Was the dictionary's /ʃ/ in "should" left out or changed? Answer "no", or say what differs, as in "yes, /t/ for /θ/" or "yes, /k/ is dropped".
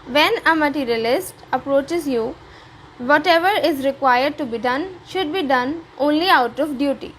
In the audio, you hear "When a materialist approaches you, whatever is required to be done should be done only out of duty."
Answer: no